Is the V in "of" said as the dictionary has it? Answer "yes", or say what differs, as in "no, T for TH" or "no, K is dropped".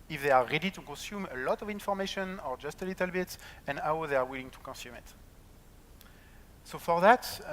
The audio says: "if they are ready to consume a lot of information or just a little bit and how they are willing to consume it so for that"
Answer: yes